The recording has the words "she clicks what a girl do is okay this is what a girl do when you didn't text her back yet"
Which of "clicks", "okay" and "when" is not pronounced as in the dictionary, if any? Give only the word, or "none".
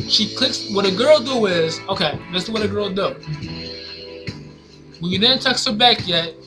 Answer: when